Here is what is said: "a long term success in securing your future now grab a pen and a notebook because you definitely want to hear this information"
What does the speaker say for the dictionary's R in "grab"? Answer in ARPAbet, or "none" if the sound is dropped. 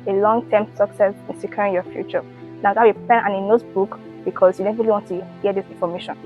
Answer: none